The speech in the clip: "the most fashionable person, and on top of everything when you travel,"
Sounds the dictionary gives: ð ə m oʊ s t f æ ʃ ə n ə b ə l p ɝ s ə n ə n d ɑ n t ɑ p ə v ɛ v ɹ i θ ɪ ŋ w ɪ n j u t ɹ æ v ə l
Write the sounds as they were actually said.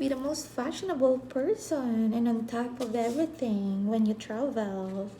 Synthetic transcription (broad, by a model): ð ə m oʊ s t f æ ʃ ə n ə b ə l p ɝ s ə n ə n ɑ n t ɑ p ə v ɛ v ɹ i θ ɪ ŋ w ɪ n j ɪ t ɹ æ v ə l